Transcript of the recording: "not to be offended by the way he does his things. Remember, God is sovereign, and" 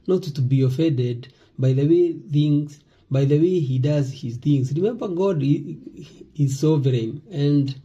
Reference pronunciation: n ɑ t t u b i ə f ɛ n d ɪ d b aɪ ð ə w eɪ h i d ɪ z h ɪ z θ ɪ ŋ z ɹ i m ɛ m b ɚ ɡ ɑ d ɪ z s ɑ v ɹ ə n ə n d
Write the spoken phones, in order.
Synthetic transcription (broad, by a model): n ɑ t t u b i ə f ɛ n d ɪ d b aɪ ð ə w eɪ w i d ɪ z h ɪ z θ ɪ ŋ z ɹ i m ɛ m b ɚ ɡ ɑ d ɪ z s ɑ v ɹ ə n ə n d